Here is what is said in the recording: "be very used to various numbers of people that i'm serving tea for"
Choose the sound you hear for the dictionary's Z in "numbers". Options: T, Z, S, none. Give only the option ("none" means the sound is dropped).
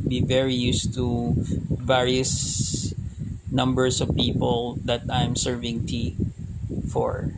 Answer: S